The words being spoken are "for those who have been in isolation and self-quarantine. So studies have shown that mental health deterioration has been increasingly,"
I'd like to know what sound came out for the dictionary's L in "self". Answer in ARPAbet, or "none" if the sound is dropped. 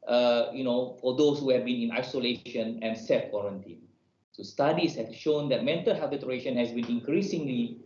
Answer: none